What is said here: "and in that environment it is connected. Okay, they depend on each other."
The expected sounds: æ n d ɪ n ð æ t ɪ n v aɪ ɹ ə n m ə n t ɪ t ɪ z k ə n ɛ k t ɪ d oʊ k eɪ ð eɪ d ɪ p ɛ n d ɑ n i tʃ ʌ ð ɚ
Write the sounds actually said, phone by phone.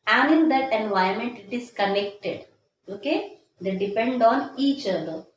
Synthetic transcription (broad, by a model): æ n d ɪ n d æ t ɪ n v aɪ ə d m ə n t ɪ t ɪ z k ə n ɛ k t ɪ d oʊ k eɪ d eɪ d ɪ p ɛ n d ɑ n i tʃ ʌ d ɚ